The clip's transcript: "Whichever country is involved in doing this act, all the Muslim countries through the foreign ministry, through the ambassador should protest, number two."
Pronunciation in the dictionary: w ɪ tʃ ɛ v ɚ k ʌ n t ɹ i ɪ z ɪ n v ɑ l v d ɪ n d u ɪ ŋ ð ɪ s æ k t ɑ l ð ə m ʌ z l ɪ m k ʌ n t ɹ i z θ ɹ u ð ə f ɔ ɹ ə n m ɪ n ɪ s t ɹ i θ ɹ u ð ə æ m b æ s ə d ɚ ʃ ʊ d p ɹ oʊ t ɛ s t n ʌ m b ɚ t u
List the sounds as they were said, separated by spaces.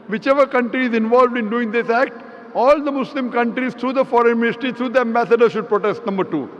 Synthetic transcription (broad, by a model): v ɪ tʃ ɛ v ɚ k ʌ n t ɹ i ɪ z ɪ n v ɑ l v d ɪ n d u ɪ ŋ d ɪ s æ k t ɑ l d ə m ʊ s l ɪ m k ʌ n t ɹ i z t ɹ u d ə f ɔ ɹ ə n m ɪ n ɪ s t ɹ i t ɹ u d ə æ m b æ s ə d ɚ ʃ ʊ d p ɹ oʊ t ɛ s t n ʌ m b ɚ t u